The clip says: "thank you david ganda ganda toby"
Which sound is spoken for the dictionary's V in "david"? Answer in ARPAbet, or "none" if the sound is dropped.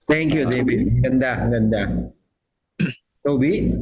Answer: B